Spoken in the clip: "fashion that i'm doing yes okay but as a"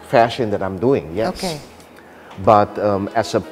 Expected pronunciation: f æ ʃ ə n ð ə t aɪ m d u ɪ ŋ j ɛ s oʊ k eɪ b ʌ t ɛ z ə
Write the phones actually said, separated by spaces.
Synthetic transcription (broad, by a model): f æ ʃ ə n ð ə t aɪ m d u ɪ ŋ j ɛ oʊ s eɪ b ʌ t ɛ s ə